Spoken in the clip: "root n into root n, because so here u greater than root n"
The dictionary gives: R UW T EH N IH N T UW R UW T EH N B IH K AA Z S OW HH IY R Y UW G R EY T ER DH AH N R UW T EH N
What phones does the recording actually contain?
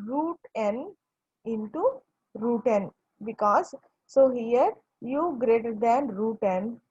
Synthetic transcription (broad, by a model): R UW T EH N IH N T UW R UW T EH N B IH K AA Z S OW HH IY R Y UW G R EY T ER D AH N R UW T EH N